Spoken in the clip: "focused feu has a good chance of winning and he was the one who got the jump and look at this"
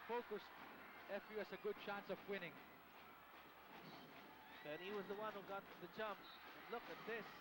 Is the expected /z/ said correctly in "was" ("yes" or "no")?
yes